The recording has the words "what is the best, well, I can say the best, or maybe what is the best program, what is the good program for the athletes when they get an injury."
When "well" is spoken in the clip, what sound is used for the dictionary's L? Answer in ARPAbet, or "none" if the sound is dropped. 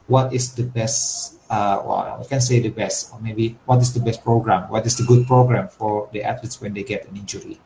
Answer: W